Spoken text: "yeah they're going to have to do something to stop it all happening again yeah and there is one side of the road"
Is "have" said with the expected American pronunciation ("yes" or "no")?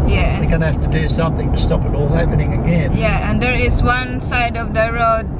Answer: no